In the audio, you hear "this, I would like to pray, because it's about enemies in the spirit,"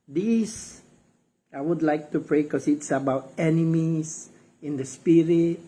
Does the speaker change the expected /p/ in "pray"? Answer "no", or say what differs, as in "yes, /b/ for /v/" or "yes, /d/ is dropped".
no